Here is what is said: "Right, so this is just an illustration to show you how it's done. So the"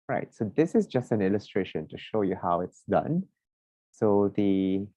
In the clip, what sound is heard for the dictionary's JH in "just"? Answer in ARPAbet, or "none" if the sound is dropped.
JH